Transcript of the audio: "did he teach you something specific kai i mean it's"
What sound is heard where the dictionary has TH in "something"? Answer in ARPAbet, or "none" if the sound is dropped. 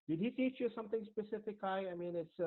T